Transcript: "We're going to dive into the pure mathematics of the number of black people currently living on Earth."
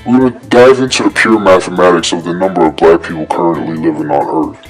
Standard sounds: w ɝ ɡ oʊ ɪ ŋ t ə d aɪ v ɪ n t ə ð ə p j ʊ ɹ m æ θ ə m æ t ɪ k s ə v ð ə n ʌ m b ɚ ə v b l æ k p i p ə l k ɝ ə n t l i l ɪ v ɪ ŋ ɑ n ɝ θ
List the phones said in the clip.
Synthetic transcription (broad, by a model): w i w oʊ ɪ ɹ d aɪ v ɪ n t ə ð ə p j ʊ ɹ m æ θ ə m æ t ɪ k s ə v ð ə n ʌ m b ɚ ə v b l æ k p i p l k ɝ ə n t l i l ɪ v ɪ ŋ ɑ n ɝ